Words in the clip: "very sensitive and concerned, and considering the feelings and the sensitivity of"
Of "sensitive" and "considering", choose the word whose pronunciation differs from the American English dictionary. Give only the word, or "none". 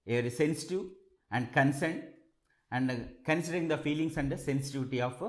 sensitive